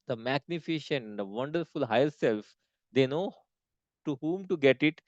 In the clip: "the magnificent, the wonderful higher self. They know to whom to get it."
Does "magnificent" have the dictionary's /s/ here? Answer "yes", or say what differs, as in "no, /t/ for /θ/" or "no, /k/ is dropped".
no, /ʃ/ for /s/